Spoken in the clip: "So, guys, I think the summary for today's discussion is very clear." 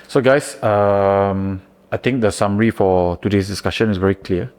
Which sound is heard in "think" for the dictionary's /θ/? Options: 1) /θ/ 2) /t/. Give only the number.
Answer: 2